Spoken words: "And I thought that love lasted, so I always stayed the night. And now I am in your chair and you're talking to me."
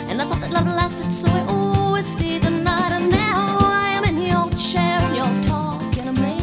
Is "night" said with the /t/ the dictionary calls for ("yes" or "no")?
yes